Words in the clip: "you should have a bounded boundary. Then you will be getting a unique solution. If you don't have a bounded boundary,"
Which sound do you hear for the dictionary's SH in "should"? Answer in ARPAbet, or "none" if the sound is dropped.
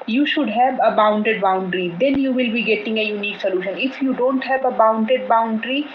SH